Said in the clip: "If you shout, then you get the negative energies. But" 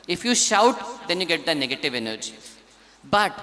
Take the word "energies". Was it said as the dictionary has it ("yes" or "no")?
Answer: no